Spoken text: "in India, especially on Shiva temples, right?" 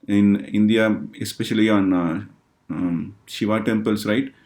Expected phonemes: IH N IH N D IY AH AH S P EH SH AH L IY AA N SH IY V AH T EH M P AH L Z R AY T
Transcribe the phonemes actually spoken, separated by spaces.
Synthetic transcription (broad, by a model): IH N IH N D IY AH AH S P EH SH AH L IY AA N SH IY V AH T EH M P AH L S R AY T